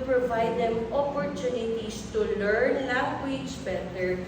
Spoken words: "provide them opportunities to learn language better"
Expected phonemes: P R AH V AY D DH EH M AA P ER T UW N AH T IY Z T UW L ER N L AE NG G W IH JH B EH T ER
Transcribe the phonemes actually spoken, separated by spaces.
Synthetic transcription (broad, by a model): P R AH V AY D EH M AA P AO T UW N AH T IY S T UW L ER N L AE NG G W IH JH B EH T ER